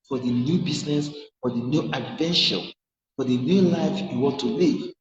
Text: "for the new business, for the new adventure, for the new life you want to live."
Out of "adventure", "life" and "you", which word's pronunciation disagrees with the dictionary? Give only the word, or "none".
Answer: adventure